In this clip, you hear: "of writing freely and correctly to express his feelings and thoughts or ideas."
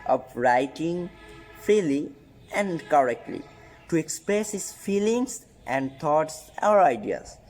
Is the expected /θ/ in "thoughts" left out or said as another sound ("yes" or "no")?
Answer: yes